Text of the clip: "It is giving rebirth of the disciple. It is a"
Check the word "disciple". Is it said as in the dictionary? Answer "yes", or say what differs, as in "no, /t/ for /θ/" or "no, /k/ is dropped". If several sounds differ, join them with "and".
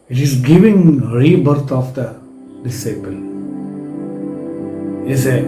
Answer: yes